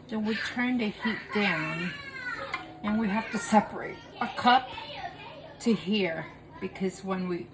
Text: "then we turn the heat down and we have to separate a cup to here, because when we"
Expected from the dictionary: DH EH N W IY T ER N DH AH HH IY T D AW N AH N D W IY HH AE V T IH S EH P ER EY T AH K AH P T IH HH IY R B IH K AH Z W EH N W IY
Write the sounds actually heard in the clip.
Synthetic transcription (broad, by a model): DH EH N W IY T ER N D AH HH IY T D AW N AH N W IY HH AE F T IH S EH P ER EY T AH K AH P T IH HH IY R B IH K AH Z W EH N W IY